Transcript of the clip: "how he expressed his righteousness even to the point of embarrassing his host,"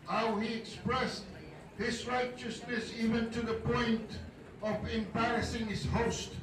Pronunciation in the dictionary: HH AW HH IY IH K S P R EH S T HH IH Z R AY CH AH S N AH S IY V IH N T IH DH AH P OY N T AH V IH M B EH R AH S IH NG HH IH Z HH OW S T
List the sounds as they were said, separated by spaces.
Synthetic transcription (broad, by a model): HH AW HH IY IH K S P R EH S T HH IH Z R AY CH AH S N AH S IY V IH N T IH DH AH P OY N T AH V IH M B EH R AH S IH NG HH IH Z HH OW S T